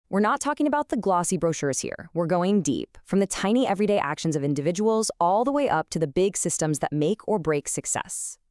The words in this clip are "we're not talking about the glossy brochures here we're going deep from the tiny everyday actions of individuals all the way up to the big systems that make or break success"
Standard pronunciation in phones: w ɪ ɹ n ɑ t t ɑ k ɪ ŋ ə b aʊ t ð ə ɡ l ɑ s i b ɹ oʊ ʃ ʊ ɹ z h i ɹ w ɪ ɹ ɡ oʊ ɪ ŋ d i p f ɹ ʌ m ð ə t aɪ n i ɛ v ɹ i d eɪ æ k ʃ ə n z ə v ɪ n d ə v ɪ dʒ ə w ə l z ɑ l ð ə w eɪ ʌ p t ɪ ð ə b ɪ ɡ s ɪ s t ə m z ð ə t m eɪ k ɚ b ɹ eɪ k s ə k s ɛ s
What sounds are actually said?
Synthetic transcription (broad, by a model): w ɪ ɹ n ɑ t t ɑ k ɪ ŋ ə b aʊ t ð ə ɡ l ɑ s i b ɹ oʊ ʃ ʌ ɹ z h i ɹ w ɪ ɹ ɡ oʊ ɪ ŋ d i p f ɹ ʌ m ð ə t aɪ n i ɛ v ɹ i d eɪ æ k ʃ ə n z ə v ɪ n d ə v ɪ dʒ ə w l z ɑ l ð ə w eɪ ʌ p t ɪ ð ə b ɪ ɡ s ɪ s t ə m z ð ə t m eɪ k ɚ b ɹ eɪ k s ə k s ɛ s